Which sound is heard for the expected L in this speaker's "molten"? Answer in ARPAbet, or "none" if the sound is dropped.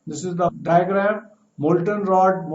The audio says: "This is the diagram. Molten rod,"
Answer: L